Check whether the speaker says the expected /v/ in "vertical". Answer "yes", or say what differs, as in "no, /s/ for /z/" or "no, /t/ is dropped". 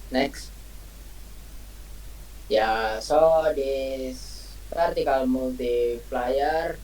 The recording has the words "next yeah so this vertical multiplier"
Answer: no, /p/ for /v/